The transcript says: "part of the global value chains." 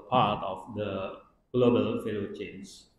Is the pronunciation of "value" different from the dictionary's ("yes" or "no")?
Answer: yes